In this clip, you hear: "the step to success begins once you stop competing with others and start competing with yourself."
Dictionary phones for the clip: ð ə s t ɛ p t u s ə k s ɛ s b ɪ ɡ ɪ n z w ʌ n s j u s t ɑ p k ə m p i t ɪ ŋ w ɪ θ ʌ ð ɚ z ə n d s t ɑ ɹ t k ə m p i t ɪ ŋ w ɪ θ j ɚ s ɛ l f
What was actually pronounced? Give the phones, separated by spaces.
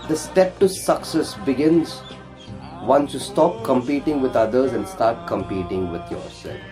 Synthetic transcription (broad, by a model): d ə s t ɛ p t u s ə k s ɛ s b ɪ ɡ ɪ n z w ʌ n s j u s t ɑ p k ə m p i t ɪ ŋ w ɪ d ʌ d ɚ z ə n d s t ɑ ɹ t k ə m p i t ɪ ŋ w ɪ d j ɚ s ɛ l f